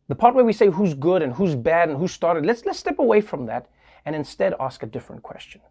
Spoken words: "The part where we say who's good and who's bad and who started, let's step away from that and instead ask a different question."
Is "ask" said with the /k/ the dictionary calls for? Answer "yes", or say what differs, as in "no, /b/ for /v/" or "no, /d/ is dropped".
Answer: yes